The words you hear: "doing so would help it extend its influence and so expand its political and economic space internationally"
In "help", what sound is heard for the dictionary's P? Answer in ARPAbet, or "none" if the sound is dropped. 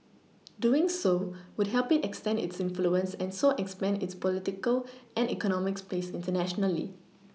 P